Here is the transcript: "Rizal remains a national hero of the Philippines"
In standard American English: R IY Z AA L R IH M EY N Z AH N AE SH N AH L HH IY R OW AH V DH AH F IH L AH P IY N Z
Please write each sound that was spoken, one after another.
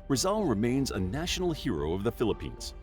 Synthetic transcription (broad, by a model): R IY Z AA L R IH M EY N Z AH N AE SH N L HH IY R OW AH V DH AH F IH L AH P IY N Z